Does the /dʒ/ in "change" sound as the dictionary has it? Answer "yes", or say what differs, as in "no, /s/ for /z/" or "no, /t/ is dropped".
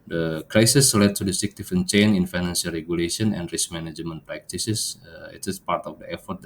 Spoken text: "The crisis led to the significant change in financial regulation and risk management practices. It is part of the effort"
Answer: no, /dʒ/ is dropped